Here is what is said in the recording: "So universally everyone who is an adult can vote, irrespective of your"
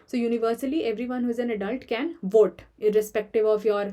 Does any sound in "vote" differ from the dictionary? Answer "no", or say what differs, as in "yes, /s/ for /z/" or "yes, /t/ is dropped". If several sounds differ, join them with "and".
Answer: no